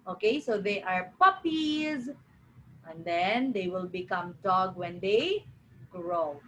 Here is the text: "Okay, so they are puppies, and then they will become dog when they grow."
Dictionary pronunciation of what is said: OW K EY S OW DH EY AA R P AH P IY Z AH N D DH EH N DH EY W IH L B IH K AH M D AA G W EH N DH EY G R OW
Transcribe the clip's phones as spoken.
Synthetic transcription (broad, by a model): OW K EY S OW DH EY AA R P AH P IY Z AH N D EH N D EY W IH L B IH K AH M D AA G W EH N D EY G R OW